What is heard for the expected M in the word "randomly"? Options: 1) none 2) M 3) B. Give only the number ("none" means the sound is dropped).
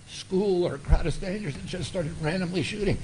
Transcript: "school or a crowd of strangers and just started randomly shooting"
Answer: 2